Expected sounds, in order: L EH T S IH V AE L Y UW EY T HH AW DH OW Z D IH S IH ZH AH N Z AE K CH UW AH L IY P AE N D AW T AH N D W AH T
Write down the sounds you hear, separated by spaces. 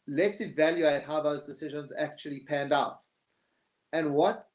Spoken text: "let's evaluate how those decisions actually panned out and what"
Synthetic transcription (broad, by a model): L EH T S IH V AE L Y UW EY T HH AW DH OW Z D IH S IH ZH AH N Z AE K CH UW AH L IY P AE N D AW T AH N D W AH T